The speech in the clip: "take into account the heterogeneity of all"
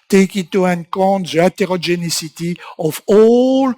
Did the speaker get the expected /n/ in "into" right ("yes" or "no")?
no